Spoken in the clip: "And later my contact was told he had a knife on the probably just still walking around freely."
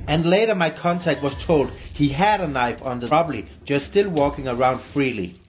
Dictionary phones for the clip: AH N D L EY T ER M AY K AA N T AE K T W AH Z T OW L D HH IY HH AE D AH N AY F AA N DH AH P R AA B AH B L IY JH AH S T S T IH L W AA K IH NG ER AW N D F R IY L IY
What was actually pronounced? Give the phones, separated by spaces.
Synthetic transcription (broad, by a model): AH N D L EY T ER M AY K AA N T AE K T W AH Z T OW L D HH IY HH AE D AH N AY F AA N DH AH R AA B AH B L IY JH AH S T S T IH L W AA K IH NG ER AW N D F R IY L IY